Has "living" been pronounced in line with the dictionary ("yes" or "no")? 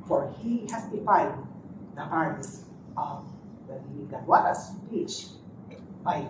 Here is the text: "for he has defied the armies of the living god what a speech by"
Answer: no